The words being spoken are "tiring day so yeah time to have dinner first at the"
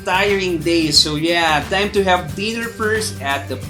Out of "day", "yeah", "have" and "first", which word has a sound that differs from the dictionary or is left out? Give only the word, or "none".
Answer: first